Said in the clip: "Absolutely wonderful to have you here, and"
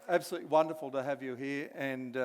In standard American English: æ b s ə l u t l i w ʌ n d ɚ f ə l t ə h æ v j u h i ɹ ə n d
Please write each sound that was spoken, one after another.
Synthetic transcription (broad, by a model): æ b s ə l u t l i w ʌ n d ɚ f ə l t ə h æ v j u h i ɹ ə n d